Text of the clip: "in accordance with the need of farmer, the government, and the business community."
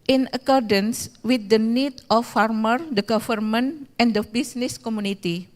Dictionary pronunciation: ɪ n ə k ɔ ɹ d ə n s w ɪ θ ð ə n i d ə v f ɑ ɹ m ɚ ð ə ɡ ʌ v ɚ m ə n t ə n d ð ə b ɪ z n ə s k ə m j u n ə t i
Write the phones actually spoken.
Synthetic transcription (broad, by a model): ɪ n ə k ɔ ɹ d ə n s w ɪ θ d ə n i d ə f ɑ ɹ m ɚ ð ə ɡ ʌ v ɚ m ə n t ə n d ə b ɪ s n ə s k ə m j u n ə t i